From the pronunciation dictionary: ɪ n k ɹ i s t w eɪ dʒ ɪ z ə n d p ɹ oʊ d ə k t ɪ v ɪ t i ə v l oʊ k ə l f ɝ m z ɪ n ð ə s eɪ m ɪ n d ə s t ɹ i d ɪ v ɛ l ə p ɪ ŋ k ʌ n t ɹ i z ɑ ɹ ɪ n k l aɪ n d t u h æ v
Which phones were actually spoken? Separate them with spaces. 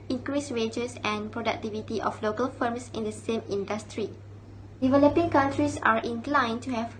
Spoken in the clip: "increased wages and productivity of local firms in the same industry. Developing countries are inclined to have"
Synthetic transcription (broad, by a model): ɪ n k ɹ i s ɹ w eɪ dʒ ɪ s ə n p ɹ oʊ d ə k t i v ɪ t i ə f l oʊ k ə l f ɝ m s ɪ n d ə s eɪ m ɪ n d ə s t ɹ i d ɪ v ɛ l ə p ɪ ŋ k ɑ n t ɹ i s ɑ ɹ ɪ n k l aɪ n t u h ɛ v